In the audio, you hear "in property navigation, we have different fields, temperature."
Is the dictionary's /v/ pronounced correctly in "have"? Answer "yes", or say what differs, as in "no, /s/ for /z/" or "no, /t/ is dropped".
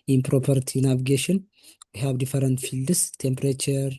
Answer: no, /b/ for /v/